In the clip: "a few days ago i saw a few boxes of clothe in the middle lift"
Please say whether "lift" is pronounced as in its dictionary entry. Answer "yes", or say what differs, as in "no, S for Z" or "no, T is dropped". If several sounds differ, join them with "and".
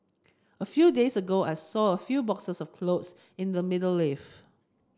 no, T is dropped